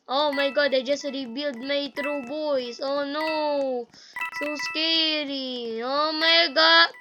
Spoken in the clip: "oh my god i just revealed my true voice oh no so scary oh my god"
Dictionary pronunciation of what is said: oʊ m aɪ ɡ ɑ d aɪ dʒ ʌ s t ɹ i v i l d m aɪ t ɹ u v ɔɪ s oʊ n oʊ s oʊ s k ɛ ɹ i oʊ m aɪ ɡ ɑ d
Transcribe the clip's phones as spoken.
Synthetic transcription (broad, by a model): oʊ m aɪ ɡ ɑ d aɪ dʒ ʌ s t ɹ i b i l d m aɪ t ɹ u b ɔɪ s oʊ n oʊ s oʊ s k ɛ ɹ i oʊ m aɪ ɡ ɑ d